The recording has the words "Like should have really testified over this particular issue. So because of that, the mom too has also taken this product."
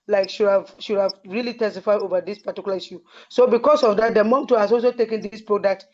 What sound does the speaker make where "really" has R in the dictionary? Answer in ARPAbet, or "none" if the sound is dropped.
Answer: R